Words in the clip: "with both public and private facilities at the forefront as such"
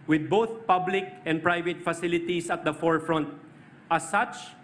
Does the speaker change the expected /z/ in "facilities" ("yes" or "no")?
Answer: yes